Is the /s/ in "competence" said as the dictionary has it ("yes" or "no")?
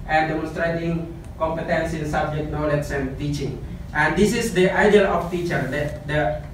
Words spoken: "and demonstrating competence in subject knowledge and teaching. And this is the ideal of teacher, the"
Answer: yes